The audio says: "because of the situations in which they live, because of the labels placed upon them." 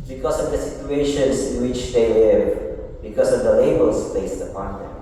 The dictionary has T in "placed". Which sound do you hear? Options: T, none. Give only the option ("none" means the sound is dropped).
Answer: none